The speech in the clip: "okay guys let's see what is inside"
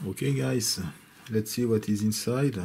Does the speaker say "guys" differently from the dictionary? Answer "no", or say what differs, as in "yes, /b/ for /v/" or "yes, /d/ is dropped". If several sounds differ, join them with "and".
yes, /s/ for /z/